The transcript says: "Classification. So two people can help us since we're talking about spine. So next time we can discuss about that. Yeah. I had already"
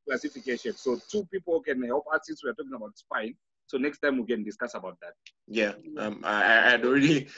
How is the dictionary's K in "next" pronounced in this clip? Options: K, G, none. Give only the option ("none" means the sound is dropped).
K